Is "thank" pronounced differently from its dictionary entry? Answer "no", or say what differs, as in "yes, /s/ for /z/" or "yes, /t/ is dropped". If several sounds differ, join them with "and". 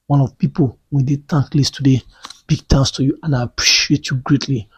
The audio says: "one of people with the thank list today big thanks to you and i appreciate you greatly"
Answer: yes, /t/ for /θ/